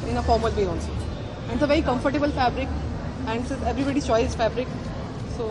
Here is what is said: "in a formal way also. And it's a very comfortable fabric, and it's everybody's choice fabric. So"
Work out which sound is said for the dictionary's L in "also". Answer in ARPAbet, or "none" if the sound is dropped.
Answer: N